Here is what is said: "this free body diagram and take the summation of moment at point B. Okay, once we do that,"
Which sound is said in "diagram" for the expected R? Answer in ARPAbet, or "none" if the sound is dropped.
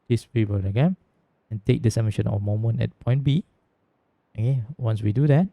none